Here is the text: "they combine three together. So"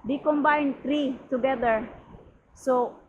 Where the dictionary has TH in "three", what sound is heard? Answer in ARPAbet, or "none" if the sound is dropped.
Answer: T